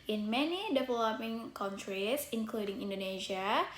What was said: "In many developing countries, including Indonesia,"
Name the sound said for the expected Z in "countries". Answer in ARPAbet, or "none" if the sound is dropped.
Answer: S